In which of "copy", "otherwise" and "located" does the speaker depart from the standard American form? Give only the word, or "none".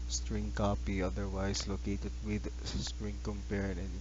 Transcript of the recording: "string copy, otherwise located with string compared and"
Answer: otherwise